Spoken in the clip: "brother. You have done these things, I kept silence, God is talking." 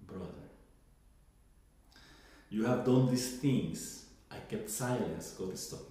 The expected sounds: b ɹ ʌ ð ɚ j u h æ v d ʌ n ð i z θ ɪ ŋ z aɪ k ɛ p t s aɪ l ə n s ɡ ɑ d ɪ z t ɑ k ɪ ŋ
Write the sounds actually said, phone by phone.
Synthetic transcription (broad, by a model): b ɹ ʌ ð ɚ j u h æ v d ʌ n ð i s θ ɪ ŋ s aɪ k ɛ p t s aɪ l ə n s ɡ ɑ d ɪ s t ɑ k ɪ